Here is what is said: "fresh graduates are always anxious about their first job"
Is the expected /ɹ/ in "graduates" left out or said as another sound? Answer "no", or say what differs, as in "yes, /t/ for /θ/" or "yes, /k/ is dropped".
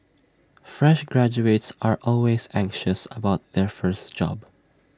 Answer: no